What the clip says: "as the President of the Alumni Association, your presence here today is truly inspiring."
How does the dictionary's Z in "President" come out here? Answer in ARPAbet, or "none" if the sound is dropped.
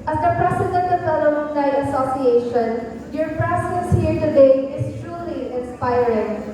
S